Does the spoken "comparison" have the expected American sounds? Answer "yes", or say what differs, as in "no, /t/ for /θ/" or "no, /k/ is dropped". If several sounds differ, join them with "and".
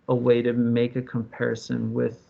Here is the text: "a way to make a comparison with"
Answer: yes